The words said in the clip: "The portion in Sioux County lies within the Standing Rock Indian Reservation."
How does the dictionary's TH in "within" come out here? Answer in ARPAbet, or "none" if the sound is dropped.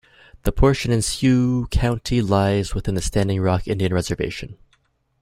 TH